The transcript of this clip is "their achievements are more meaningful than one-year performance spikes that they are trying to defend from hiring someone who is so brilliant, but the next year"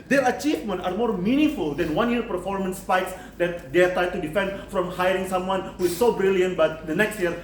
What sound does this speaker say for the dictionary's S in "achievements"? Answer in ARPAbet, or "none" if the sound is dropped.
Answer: none